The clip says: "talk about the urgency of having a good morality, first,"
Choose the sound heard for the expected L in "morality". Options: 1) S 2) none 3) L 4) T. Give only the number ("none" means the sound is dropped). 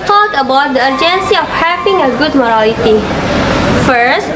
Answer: 2